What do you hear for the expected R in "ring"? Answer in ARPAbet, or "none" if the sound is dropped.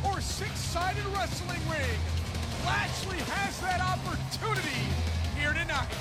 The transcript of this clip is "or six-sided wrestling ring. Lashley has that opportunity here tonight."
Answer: W